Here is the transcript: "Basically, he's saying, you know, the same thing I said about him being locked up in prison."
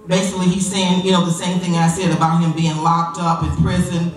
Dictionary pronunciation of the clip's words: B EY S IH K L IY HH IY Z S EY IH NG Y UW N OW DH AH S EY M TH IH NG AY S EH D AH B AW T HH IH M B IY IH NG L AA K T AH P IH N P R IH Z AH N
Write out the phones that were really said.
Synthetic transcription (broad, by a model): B EY S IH K L IY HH IY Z S EY IH NG Y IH N OW DH AH S EY M TH IH NG AY S EH D AH B AW T HH IH M B IY IH NG L AA K T AH P IH N P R IH Z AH N